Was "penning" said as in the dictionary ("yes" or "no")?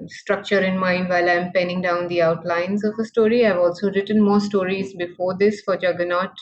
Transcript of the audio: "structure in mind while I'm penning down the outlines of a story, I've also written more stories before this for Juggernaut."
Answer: yes